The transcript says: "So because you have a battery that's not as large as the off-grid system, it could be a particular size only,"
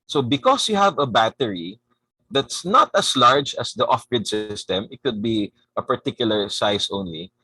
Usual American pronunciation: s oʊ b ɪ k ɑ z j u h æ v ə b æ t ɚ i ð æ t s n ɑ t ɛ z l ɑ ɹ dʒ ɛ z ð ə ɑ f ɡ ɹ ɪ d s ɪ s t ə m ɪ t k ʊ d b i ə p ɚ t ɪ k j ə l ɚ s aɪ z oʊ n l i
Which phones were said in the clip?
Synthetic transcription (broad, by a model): s oʊ b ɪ k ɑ s j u h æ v ə b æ t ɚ i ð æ t s n ɑ t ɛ s l ɑ ɹ dʒ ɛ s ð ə ɑ f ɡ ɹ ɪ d s ɪ s t ə m ɪ t k ʊ d b i ə p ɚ t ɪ k j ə l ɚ s aɪ s oʊ n l i